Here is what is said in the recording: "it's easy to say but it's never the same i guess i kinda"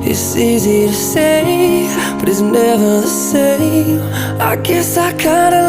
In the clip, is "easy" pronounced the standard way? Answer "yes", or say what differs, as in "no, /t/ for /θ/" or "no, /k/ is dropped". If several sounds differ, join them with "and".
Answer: yes